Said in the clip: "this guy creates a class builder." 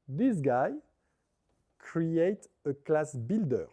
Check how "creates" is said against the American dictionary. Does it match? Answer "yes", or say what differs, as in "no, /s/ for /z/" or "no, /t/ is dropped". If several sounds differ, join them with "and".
no, /s/ is dropped